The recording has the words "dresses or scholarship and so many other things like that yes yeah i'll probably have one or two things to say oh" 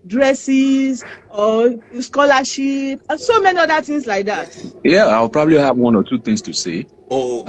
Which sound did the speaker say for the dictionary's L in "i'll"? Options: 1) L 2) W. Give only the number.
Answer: 2